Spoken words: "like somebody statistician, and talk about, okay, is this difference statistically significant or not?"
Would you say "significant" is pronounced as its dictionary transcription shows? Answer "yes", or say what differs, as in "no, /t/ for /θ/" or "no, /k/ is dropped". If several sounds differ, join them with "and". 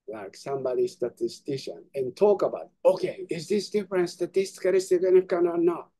no, /n/ is dropped and /t/ is dropped